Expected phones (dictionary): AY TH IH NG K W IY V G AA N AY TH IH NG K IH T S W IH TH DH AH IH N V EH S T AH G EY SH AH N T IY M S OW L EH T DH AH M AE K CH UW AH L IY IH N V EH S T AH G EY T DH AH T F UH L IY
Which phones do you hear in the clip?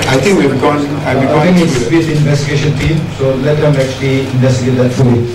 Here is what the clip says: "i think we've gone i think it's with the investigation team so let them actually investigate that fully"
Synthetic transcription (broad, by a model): AY T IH NG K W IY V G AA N AY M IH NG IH S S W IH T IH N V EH S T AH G EY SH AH N T IY M S OW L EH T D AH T AE K CH UW AH L IY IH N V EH S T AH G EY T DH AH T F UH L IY